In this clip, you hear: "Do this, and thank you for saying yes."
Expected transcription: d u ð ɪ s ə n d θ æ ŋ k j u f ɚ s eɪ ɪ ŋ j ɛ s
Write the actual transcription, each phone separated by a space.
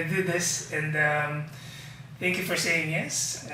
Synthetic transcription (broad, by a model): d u ð ɪ s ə n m θ æ ŋ k j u f ɚ s eɪ ɪ ŋ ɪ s